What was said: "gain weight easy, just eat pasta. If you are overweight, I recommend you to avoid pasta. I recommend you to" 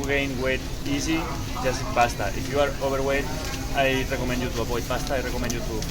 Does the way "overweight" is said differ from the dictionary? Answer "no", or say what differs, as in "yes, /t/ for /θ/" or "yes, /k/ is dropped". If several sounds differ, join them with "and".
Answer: yes, /b/ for /v/